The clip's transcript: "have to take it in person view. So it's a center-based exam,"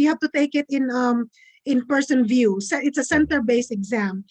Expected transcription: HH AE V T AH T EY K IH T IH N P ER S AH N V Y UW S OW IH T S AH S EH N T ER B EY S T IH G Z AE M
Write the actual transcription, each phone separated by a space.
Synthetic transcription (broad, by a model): HH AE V T AH T EY K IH T IH N P ER S AH N V Y UW S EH IH T S AH S EH N T ER B EY S IH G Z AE M